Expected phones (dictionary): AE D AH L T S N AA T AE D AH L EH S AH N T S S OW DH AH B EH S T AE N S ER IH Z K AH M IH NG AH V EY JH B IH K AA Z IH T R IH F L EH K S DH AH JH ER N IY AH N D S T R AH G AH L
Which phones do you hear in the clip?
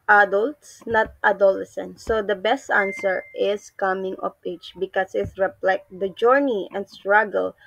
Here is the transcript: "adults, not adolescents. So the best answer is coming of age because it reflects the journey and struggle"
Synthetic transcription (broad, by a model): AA D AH L T S N AA T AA D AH L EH S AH N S S OW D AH B EH S T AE N S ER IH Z K AH M IH NG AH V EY CH B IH K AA S IH T R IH P L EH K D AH JH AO N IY AH N D S T R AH G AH L